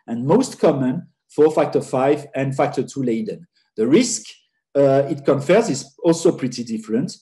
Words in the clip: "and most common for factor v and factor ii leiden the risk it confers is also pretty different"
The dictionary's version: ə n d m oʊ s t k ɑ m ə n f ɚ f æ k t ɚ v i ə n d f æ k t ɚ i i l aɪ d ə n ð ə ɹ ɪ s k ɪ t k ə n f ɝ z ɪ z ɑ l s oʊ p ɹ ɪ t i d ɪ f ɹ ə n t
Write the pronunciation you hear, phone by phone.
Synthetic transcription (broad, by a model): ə n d m oʊ s t k ɑ m ə n f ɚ f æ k t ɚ f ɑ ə n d f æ k t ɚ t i l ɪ d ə n ð ə ɹ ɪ s k ɪ t k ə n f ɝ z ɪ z ɑ l s oʊ p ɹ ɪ t i d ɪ f ɹ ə n t